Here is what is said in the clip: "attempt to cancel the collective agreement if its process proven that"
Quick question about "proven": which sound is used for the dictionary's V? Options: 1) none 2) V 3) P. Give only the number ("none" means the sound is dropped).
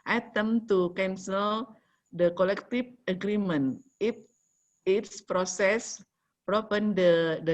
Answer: 3